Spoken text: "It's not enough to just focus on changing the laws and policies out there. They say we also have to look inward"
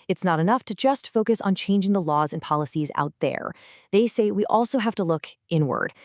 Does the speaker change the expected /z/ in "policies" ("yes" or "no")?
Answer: no